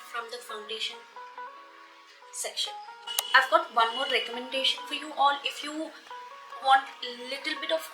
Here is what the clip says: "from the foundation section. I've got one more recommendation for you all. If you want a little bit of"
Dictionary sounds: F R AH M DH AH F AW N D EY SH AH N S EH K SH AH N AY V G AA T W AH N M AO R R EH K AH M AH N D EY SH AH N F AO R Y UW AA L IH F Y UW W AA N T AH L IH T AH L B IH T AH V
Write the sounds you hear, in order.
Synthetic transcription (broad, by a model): F R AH M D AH F AW N D EY SH AH N S EH K SH AH N AY V G AA T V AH N M AO R R EH K AH M AH N D EY SH AH N F AO R Y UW AA L IH F Y UW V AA N T AH L IH T AH L B IH T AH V